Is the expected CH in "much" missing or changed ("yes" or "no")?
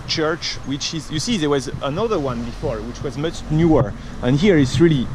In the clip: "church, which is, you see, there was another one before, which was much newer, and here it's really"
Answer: no